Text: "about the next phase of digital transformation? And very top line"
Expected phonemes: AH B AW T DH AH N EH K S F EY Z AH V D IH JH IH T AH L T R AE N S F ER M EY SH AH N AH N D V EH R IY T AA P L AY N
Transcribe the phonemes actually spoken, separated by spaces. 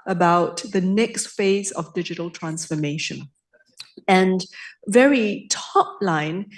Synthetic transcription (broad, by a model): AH B AW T DH AH N EH K S F EY Z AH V D IH JH IH T AH L T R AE N S F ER M EY SH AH N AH N V EH R IY T AA P L AY N